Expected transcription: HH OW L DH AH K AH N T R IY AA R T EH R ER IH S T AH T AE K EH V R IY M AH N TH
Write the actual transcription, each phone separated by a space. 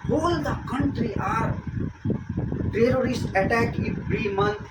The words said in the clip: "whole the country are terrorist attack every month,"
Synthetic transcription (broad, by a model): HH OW L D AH K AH N T R IY AA R T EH R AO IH S T AH T AE K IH B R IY M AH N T